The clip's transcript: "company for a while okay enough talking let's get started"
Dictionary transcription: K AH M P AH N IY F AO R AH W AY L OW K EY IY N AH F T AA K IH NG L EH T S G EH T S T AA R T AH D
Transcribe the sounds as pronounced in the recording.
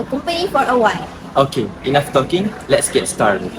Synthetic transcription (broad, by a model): K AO M P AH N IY F AO R AH W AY N OW K EY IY N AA F T AA K IH NG L EH T S G EH T S T AA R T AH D